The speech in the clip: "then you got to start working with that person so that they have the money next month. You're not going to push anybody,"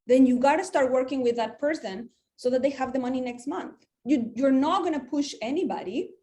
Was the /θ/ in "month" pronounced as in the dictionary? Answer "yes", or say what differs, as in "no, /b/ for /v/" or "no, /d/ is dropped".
yes